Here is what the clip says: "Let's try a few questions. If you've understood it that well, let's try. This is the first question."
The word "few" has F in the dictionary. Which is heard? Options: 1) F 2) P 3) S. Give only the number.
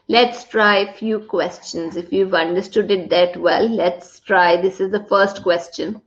1